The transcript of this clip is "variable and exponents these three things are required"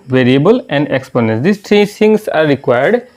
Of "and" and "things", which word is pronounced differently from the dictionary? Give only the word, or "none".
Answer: things